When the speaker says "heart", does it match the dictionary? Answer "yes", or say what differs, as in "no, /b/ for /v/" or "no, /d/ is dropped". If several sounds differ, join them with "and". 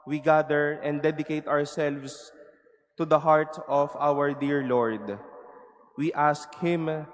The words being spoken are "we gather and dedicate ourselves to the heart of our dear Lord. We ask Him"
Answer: yes